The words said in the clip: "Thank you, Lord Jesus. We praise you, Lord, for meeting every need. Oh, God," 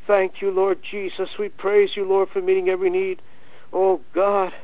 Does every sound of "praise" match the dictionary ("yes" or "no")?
yes